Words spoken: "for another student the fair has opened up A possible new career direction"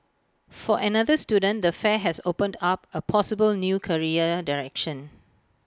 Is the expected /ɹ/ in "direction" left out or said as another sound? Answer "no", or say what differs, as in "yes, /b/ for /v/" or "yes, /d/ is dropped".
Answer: no